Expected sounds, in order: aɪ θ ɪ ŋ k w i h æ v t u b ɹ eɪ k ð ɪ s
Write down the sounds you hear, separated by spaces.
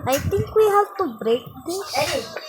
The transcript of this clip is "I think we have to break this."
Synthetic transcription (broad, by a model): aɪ t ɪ ŋ k w i h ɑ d t u b ɹ eɪ k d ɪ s